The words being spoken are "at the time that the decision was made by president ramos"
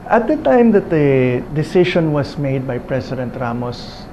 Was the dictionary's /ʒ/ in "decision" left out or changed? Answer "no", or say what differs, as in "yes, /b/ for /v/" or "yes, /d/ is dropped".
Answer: yes, /ʃ/ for /ʒ/